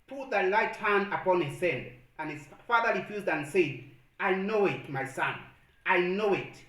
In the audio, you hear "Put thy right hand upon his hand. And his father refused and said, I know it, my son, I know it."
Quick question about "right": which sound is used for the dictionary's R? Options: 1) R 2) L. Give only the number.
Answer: 2